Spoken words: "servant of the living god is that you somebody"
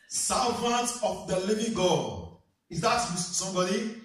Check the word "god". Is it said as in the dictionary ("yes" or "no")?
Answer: no